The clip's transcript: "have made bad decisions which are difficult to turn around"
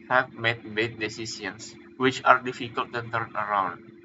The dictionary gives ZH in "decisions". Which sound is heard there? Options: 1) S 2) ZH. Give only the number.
1